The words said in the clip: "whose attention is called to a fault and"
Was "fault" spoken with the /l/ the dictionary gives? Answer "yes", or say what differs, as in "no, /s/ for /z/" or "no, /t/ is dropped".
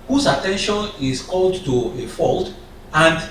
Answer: yes